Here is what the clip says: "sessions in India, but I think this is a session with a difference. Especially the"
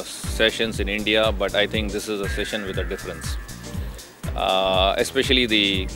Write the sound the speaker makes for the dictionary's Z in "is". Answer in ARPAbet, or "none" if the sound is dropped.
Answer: Z